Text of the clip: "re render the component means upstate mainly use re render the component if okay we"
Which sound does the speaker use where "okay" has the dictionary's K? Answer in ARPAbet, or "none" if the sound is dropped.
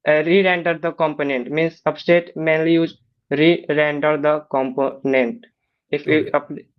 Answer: none